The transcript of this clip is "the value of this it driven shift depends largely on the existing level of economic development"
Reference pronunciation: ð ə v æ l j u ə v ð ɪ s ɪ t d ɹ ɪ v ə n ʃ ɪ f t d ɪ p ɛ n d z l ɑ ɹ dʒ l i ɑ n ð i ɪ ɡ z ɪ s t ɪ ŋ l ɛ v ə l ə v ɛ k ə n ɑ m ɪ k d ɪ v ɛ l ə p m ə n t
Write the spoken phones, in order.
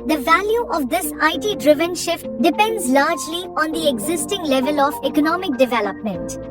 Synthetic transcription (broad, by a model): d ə v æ l j u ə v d ɪ s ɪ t d ɹ ɪ v ə n ʃ ɪ f t d ɪ p ɛ n d z l ɑ ɹ dʒ l i ɑ n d i ɪ ɡ z ɪ s t ɪ ŋ l ɛ v ə l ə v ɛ k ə n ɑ m ɪ k d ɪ v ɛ l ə p m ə n t